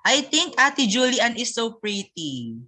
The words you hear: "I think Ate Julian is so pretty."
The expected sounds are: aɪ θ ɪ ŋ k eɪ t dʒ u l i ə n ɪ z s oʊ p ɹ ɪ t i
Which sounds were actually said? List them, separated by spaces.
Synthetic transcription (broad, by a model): aɪ t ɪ ŋ k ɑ t dʒ u l i ə n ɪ s oʊ p ɹ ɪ t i